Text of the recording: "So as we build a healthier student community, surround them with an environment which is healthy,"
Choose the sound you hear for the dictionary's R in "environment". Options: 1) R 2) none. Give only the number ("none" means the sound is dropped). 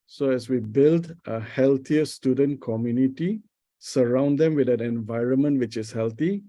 1